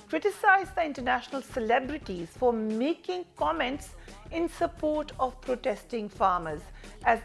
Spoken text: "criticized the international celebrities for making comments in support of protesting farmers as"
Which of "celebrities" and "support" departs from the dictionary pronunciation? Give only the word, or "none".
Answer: none